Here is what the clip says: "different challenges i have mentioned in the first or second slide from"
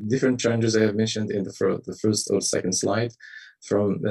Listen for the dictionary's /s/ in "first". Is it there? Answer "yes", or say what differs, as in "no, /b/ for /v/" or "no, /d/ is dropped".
yes